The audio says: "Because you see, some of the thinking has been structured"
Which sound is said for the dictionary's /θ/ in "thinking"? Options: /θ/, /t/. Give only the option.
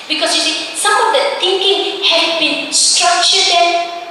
/t/